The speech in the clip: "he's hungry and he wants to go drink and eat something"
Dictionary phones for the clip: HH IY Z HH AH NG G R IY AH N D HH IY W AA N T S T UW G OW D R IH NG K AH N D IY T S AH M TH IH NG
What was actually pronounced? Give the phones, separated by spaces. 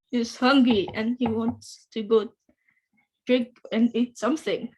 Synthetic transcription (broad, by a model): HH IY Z HH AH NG G IY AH N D HH IY W AA N T S T UW G OW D R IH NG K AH N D IY T S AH M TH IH NG